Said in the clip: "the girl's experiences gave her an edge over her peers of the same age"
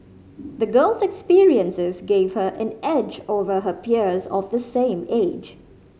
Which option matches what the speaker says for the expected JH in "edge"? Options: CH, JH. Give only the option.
JH